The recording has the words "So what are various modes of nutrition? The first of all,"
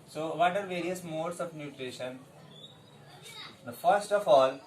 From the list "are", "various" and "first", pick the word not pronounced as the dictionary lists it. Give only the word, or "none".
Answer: none